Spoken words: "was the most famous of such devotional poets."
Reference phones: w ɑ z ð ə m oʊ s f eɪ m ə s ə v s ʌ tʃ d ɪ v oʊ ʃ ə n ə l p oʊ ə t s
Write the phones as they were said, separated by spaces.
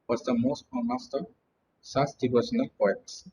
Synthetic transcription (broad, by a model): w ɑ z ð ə m oʊ s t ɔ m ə s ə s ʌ s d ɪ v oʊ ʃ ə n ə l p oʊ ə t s